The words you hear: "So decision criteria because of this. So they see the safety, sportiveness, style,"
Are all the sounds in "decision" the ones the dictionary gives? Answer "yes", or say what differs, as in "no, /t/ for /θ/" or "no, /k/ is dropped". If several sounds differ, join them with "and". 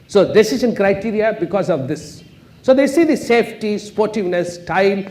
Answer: no, /s/ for /ʒ/